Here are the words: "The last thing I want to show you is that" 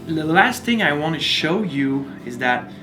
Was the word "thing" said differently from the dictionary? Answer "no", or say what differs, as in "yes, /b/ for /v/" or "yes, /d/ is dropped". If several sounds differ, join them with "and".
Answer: no